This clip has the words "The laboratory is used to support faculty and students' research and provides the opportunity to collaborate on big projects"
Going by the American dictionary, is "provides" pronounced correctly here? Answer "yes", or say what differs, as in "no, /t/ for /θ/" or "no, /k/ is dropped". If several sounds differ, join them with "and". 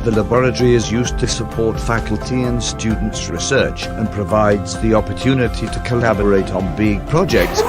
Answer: yes